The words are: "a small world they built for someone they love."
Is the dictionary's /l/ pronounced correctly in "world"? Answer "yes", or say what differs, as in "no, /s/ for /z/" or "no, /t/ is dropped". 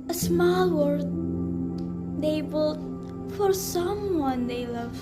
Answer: no, /l/ is dropped